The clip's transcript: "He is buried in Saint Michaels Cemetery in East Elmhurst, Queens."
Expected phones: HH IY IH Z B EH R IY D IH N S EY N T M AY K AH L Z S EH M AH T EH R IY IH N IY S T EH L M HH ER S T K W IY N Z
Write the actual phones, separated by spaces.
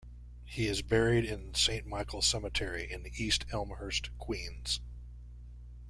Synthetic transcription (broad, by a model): HH IY IH Z B EH R IY D IH N S EY N M AY K L S EH M AH T EH R IY IH N IY S T EH L M HH ER S T K W IY N Z